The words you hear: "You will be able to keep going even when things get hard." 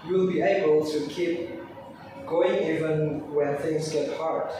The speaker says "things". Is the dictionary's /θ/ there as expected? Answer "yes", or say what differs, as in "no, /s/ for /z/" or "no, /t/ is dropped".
yes